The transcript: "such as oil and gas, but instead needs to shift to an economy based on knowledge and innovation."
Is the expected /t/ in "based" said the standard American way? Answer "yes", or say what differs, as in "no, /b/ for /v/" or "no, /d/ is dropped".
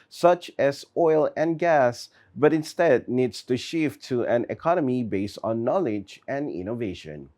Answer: yes